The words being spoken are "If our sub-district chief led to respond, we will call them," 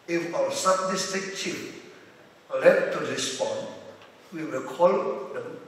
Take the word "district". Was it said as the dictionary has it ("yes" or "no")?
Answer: no